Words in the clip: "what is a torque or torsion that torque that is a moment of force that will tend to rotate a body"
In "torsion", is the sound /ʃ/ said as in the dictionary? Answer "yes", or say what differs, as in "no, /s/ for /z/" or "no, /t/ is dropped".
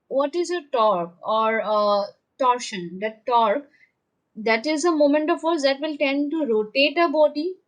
yes